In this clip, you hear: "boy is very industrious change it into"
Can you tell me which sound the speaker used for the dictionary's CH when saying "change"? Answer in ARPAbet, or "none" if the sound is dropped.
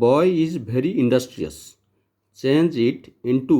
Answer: CH